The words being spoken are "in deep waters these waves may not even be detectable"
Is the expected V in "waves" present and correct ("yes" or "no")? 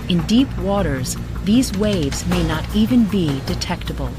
yes